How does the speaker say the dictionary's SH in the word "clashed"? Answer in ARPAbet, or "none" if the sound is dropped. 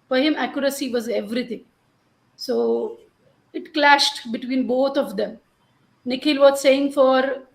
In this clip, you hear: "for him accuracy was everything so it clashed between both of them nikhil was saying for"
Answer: SH